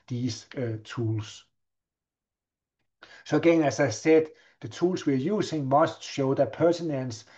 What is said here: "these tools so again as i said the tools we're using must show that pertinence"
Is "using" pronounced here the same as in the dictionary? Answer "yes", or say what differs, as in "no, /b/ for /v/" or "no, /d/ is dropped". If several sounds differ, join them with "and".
no, /s/ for /z/